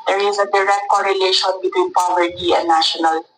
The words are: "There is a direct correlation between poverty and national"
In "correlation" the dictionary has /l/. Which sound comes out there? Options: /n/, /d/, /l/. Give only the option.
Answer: /l/